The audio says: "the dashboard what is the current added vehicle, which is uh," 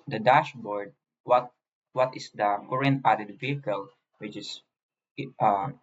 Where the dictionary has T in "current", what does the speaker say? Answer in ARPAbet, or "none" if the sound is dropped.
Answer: none